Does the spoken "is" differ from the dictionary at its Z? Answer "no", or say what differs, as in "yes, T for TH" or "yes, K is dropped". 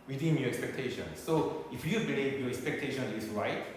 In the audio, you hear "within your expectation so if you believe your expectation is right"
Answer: yes, S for Z